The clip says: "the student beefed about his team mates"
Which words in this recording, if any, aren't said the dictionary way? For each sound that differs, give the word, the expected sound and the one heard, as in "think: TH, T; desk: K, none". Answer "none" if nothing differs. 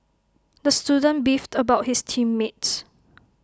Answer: his: Z, S